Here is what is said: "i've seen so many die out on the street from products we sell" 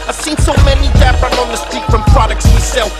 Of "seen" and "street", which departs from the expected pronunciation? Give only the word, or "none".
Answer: street